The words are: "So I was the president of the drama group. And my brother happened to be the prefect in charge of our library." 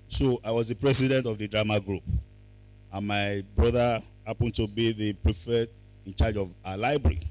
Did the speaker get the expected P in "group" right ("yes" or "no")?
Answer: yes